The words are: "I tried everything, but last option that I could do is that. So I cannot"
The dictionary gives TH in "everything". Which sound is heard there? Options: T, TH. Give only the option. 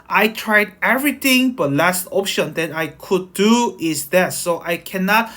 T